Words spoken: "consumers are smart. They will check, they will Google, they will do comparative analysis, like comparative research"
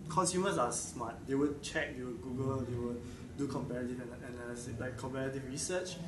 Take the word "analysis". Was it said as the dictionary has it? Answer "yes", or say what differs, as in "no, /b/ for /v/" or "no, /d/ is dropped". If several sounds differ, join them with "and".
no, /n/ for /l/